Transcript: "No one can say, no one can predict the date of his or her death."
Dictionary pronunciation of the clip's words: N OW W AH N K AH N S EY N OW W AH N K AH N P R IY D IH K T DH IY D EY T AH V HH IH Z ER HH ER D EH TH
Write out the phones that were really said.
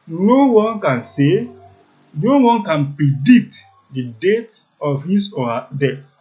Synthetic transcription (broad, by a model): N OW W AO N K AH N S EY N OW W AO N K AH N P R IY D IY K T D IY D EY T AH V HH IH S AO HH D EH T